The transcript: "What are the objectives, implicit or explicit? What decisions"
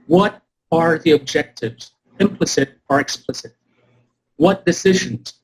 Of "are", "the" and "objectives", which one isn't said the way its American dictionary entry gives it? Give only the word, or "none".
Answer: none